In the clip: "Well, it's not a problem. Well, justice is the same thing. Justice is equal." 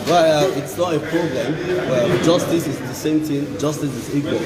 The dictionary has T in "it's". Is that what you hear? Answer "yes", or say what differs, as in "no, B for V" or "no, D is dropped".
yes